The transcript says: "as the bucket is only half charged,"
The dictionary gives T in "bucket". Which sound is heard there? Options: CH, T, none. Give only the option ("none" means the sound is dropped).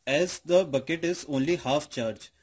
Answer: T